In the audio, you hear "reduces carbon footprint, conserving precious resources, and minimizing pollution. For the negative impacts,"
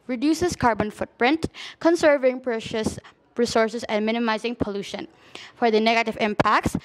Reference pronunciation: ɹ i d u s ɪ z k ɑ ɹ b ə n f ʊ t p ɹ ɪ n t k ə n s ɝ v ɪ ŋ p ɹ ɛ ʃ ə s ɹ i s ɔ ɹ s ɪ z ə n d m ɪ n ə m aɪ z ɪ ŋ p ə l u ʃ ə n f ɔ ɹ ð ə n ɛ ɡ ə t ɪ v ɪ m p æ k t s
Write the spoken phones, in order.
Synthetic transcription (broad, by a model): ɹ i d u s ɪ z k ɑ ɹ b ə n f ʊ t p ɹ ɪ n t k ə n s ɝ v ɪ ŋ p ɹ ɛ ʃ ə s ɹ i s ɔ ɹ s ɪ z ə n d m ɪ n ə m aɪ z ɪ ŋ p ə l u ʃ ə n f ɔ ɹ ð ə n ɛ ɡ ə t ɪ v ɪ m p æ k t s